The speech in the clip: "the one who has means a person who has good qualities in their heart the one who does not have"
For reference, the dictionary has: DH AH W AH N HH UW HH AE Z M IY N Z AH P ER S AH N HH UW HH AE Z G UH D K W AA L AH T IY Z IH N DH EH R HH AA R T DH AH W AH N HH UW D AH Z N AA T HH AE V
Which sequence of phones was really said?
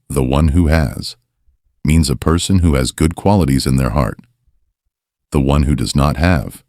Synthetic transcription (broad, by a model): DH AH W AH N HH UW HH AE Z M IY N Z AH P ER S AH N HH UW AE Z G UH D K W AA L AH T IY Z IH N DH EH R HH AA R T DH AH W AH N HH UW D AH Z N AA T HH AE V